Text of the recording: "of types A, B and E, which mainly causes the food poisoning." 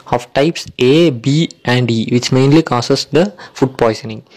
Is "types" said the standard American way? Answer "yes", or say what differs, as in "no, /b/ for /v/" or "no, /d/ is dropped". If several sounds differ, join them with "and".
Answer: yes